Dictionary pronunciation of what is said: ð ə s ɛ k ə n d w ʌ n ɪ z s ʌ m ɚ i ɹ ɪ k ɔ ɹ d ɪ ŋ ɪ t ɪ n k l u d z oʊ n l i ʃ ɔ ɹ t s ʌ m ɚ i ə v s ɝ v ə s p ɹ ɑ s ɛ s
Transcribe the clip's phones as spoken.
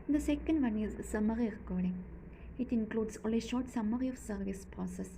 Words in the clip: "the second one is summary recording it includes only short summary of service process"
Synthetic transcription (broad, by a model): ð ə s ɛ k ə n d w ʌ n ɪ z s ʌ m ɚ i ɹ ɪ k ɔ ɹ d ɪ ŋ ɪ t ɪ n k l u d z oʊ l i ʃ ɔ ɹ t s ʌ m ɚ i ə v s ɝ v ə s p ɹ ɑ s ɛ s